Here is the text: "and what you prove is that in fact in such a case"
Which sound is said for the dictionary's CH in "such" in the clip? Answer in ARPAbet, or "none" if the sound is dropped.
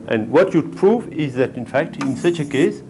CH